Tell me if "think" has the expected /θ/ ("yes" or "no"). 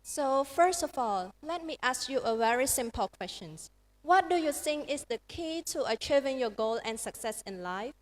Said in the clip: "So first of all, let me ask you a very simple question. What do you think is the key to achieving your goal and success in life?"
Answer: no